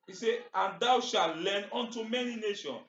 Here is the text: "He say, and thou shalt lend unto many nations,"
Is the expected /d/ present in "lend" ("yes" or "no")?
no